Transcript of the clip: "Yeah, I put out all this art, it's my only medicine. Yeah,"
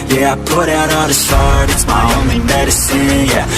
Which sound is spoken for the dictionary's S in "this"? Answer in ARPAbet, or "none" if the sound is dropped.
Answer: SH